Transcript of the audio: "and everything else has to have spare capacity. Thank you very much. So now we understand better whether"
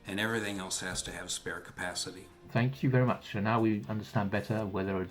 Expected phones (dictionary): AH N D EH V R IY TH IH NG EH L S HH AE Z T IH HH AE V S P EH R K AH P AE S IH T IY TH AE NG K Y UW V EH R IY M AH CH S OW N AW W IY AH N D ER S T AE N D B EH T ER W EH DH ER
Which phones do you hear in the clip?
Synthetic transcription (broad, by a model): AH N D EH V R IY TH IH NG EH L S HH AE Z T IH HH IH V S P EH R K AH P AE S IH T IY TH AE NG K Y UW V EH R IY M AH CH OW N AW W IY AH N D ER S T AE N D B EH T ER W EH DH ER